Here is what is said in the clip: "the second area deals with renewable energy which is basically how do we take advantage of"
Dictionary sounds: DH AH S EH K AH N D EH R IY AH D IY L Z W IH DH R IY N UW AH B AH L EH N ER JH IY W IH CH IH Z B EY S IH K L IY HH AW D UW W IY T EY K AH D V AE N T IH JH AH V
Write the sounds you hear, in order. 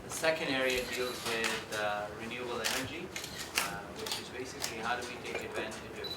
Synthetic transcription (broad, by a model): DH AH S EH K AH N D EH R IY AH D IY L Z W IH DH R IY N UW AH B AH L EH N ER JH IY W IH CH IH Z B EY S IH K L IY HH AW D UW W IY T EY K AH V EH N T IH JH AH